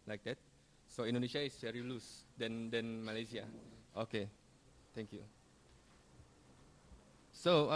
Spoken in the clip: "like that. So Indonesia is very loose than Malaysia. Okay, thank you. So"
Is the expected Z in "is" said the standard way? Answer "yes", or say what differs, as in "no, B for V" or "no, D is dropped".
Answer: no, S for Z